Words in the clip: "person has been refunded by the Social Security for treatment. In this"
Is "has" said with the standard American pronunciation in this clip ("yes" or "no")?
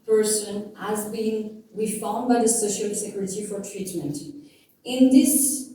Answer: yes